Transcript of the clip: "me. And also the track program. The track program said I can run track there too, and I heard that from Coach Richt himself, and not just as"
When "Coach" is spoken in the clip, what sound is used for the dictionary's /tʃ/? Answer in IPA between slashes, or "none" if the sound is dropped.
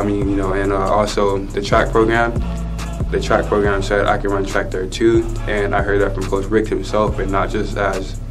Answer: /s/